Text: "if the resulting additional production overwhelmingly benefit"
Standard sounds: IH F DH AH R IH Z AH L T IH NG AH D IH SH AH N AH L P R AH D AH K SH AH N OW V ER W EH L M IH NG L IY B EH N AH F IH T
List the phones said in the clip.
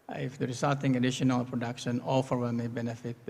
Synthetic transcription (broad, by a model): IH F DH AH R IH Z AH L T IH NG AH D IH SH AH N AH L P R AH D AH K SH AH N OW F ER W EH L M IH B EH N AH F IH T